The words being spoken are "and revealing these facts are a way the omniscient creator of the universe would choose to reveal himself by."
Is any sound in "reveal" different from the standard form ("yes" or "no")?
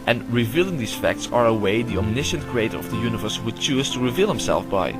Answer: no